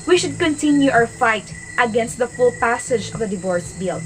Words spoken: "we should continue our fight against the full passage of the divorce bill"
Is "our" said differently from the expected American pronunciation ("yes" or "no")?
yes